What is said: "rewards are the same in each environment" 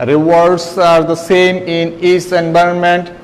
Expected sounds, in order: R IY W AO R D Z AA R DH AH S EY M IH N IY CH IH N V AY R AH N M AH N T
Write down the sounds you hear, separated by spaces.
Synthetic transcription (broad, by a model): R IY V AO R D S AA R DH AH S EY M IH N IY S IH N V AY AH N M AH N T